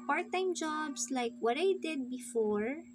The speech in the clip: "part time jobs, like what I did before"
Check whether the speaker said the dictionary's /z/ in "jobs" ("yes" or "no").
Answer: no